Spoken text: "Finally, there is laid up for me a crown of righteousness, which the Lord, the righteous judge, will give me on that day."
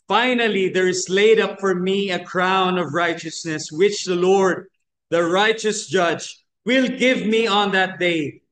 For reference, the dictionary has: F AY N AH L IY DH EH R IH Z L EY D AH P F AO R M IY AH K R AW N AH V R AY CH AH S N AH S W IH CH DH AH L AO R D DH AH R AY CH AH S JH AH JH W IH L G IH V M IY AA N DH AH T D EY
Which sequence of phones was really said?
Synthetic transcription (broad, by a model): F AY N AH L IY DH EH R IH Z L EY D AH P F AO R M IY AH K R AW N AH V R AY CH AH S N AH S W IH CH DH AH L AO R D DH AH R AY CH AH S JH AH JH W IH L G IH V M IY AA N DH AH T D EY